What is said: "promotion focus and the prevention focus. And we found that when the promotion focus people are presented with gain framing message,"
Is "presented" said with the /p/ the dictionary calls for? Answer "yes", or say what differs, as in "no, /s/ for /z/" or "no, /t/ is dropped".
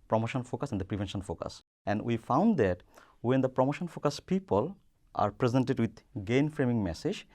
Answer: yes